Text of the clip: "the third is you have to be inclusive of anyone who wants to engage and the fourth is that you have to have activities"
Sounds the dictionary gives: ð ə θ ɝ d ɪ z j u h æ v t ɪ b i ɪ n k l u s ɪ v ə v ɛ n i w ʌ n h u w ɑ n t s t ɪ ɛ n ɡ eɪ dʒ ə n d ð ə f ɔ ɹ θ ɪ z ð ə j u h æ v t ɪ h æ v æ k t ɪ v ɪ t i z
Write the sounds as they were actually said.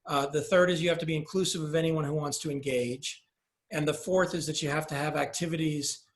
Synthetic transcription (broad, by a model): ð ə θ ɝ d ɪ z j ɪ h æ f t ɪ b i ɪ n k l u s ɪ v ə v ɛ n i w ʌ n h u w ɑ n t s t ɪ ɛ n ɡ eɪ dʒ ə n ð ə f ɔ ɹ θ ɪ z ð ə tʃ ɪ h æ f t ɪ v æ k t ɪ v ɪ t i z